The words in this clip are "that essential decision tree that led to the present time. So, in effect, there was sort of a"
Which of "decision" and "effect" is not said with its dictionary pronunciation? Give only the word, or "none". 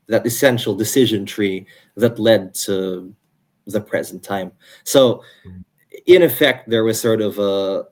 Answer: none